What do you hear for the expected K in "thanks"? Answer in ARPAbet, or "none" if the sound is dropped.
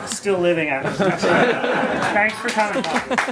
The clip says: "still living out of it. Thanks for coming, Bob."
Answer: K